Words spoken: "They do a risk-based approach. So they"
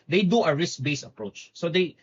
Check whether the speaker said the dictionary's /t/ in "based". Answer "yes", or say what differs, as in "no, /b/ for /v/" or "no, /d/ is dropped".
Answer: no, /t/ is dropped